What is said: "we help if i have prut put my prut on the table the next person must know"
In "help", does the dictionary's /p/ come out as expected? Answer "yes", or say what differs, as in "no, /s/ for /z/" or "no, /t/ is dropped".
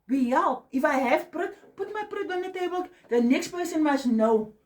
no, /p/ is dropped